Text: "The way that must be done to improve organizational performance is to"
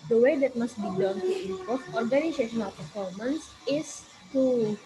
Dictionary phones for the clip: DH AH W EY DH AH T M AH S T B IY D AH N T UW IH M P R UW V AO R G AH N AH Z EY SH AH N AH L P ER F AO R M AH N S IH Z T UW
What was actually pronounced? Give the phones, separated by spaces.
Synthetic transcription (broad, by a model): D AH W EY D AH T M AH S T B IY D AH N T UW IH P AO F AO R G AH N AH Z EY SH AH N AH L P ER F AO R M AH N S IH S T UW